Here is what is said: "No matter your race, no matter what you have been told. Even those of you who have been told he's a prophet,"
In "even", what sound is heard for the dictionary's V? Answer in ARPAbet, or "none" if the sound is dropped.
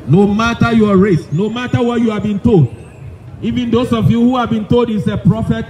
V